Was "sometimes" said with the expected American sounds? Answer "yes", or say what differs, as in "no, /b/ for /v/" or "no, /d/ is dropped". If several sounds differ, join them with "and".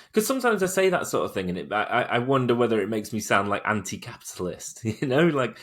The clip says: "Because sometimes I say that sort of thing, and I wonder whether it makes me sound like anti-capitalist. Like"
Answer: yes